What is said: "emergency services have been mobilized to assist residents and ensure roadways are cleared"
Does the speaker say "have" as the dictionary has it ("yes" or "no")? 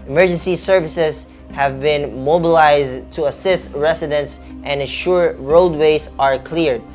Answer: yes